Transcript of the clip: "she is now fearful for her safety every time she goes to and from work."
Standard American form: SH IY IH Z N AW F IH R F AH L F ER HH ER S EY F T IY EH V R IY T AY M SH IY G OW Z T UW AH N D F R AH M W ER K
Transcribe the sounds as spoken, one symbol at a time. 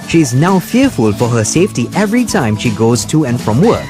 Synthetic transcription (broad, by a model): SH IY IH Z N AW F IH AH F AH L F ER HH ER S EY F T IY EH V R IY T AY M SH IY G OW Z T UW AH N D F R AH M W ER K